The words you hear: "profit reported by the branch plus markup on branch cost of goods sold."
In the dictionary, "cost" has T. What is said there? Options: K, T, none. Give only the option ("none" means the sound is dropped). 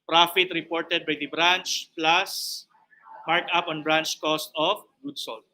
T